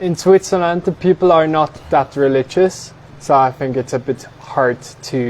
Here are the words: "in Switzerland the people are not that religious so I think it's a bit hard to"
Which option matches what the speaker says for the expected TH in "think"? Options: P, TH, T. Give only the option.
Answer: TH